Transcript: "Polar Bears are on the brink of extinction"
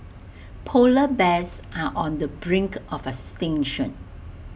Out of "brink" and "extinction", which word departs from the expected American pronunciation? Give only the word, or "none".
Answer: extinction